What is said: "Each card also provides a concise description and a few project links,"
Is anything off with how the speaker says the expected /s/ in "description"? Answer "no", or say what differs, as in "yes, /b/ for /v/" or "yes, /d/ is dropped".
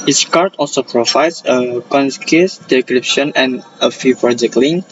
yes, /s/ is dropped